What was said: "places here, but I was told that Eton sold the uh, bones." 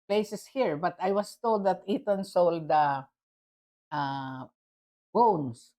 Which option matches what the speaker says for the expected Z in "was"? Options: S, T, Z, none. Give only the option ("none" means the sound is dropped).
S